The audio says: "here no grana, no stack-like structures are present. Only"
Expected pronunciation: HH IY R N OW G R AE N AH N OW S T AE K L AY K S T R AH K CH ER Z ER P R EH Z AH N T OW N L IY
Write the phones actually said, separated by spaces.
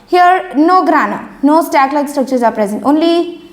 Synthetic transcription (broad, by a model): HH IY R N OW G R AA N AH N OW S T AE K L AY K S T AH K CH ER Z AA P R EH Z AH N T OW N L IY